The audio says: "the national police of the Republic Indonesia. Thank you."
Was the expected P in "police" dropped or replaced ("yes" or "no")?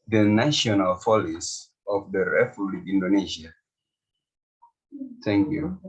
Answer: yes